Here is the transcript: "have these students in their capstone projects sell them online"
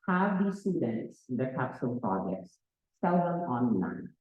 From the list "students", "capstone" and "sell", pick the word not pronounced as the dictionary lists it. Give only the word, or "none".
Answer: capstone